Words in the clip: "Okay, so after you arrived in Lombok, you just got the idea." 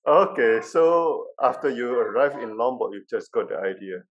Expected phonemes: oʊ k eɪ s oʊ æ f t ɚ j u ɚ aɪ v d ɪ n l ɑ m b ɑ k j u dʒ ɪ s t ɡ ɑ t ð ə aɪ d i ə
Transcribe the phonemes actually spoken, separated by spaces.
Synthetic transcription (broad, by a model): oʊ k eɪ s oʊ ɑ f t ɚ j u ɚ aɪ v ɪ n l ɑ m b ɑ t j u dʒ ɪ s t ɡ ɑ t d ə aɪ d i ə